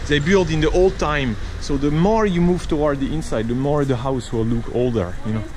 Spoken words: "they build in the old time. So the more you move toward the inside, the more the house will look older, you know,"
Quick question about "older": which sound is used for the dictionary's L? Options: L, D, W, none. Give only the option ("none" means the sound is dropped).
L